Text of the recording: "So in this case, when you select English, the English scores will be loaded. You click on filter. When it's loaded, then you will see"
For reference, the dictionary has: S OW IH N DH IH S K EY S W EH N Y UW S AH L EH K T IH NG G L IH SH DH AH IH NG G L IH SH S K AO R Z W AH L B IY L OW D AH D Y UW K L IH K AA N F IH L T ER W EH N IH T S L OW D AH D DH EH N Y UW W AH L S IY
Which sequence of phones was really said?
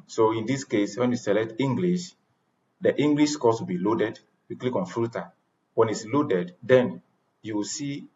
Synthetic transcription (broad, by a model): S OW IH N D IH S K EY S W EH N Y UW S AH L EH T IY NG G L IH SH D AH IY NG G L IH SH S K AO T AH B IY L OW D AH D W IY K L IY K AA N F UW T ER W EH N IH T S L OW D AH D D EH N Y UW W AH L S IY